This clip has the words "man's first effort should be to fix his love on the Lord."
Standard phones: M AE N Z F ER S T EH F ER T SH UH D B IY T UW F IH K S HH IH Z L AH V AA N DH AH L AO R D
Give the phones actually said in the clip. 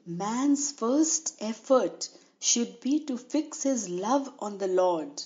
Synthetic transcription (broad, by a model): M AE N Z F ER S T EH F ER T SH UH D B IY T UW F IH K S HH IH Z L AH V AA N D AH L AO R D